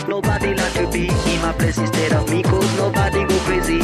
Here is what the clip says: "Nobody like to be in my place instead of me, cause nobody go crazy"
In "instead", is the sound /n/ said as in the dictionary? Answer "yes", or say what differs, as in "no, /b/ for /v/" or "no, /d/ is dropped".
no, /n/ is dropped